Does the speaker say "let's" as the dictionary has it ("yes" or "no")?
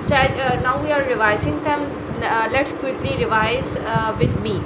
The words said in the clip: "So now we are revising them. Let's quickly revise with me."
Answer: yes